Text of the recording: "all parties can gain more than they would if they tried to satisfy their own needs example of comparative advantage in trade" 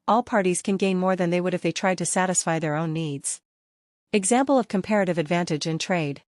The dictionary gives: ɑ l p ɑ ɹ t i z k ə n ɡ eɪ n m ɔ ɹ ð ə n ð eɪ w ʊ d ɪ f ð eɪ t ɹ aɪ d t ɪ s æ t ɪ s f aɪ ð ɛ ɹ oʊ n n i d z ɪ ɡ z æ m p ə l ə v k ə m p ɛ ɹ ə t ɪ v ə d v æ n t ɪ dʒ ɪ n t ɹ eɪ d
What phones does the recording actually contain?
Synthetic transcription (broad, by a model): ɑ l p ɑ ɹ t i z k ə n ɡ eɪ n m ɔ ɹ ð ə n ð eɪ w ʊ d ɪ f ð eɪ t ɹ aɪ d t ɪ s æ t ɪ s f aɪ ð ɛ ɹ oʊ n n i d z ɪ ɡ z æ m p l ə v k ə m p ɛ ɹ ə t ɪ v ə d v æ n t ɪ dʒ ɪ n t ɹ eɪ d